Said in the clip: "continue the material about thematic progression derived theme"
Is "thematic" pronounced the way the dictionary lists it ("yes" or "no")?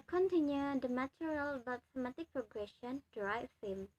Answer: no